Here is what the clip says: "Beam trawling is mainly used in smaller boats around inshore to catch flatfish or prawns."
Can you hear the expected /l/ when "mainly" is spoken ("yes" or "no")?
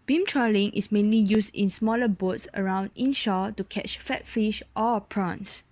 yes